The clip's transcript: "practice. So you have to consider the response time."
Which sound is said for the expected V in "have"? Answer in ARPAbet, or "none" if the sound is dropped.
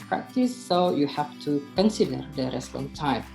F